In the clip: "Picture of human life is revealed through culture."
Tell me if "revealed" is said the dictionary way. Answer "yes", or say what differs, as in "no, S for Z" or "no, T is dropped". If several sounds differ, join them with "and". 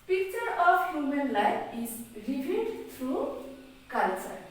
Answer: no, N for L